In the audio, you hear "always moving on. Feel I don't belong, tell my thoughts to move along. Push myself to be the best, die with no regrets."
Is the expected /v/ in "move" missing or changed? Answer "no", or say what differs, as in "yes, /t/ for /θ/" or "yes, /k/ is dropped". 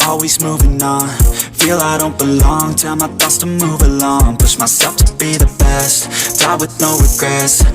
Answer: no